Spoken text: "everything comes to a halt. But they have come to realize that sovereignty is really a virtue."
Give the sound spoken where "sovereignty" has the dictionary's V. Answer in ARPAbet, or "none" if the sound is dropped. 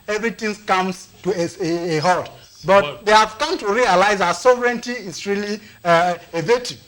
V